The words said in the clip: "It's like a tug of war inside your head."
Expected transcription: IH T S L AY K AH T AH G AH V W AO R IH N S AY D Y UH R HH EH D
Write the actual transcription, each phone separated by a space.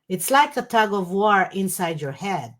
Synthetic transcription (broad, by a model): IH T S L AY K AH T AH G AH V W AO R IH N S AY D Y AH R HH EH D